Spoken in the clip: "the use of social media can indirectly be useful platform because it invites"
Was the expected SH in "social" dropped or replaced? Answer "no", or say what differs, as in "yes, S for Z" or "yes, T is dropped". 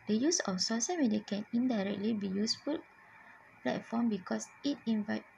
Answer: yes, S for SH